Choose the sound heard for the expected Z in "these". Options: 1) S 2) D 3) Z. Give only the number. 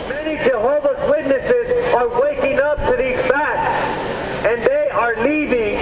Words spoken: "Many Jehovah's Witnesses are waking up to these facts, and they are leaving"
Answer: 3